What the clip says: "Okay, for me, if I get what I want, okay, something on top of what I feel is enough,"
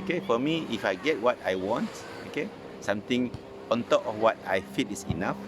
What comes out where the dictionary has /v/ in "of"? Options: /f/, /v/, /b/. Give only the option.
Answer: /f/